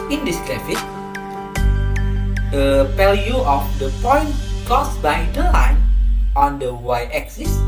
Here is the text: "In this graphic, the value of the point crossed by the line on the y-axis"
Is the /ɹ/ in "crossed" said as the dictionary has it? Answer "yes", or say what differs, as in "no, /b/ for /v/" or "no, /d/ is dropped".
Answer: no, /ɹ/ is dropped